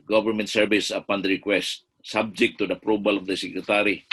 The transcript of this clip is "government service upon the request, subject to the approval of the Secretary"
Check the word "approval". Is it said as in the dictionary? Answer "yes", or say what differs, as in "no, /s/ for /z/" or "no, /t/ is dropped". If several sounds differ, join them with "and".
no, /b/ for /v/